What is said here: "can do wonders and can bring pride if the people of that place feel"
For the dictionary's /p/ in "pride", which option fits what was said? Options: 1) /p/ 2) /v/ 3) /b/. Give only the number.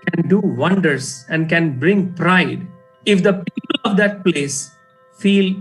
1